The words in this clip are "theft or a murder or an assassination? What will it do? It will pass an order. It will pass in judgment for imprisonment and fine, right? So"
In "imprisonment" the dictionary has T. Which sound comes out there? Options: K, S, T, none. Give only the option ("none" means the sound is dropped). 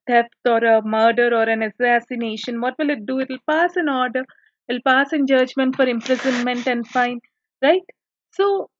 T